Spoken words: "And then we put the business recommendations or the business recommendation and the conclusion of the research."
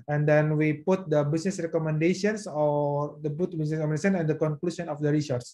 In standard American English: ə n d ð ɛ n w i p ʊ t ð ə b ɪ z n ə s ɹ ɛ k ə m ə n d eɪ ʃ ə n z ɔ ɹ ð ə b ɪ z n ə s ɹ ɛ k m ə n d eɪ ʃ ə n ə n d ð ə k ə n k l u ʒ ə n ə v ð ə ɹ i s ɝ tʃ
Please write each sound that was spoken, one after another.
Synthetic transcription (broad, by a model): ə n d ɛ n w i p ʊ t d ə b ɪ s n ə s ɹ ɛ k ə m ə n d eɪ ə n s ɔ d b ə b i s n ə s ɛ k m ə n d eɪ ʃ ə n ə n d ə k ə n k l u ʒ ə n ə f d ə ɹ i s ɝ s